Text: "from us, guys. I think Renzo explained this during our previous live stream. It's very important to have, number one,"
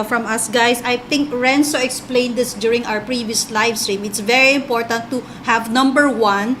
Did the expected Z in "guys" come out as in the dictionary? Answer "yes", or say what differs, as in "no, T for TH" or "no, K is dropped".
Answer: no, S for Z